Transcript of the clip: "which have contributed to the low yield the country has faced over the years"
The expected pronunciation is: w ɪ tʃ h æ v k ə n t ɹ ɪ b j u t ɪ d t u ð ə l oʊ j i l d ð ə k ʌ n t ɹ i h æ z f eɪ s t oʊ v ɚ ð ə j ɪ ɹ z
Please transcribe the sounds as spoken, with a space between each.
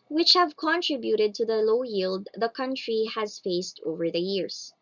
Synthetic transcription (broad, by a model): w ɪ tʃ h æ v k ə n t ɹ ɪ b j u t ɪ d t u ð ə l oʊ j i l d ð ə k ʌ n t ɹ i h æ z f eɪ s t oʊ v ɚ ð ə j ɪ ɹ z